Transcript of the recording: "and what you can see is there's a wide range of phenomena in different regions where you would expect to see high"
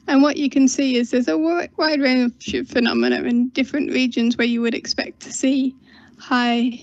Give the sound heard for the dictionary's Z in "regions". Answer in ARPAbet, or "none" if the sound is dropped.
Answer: Z